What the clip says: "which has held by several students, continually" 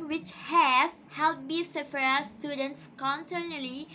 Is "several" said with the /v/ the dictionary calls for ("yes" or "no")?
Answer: no